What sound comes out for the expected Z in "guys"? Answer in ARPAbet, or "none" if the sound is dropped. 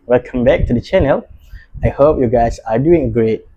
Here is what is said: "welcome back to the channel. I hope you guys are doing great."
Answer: S